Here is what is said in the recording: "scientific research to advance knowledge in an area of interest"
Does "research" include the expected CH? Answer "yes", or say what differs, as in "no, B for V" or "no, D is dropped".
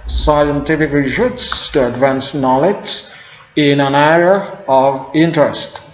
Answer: no, S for CH